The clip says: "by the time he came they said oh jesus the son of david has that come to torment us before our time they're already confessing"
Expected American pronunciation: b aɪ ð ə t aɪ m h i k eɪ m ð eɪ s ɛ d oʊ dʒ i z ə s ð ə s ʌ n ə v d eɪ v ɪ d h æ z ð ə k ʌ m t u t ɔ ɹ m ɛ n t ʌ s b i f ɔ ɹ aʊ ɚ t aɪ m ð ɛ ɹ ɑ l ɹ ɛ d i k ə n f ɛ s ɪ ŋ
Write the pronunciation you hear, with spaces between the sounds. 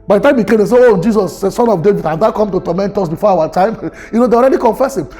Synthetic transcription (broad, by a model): b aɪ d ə t aɪ m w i k eɪ m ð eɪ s ɛ oʊ dʒ i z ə s s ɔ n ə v d eɪ v ɪ d h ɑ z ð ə k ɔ m t u t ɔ m ɛ n t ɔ s b i f ɔ aʊ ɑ t aɪ m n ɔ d ɑ l ɹ ɛ d i k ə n f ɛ s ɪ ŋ